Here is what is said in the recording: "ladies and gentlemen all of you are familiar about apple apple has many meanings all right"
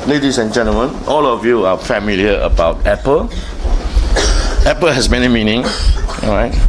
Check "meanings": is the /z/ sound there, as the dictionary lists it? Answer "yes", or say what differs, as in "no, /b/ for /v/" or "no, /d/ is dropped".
no, /z/ is dropped